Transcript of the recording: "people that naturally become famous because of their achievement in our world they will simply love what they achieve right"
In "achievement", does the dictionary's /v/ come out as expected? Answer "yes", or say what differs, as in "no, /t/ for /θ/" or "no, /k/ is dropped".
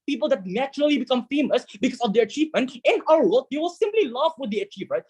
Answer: yes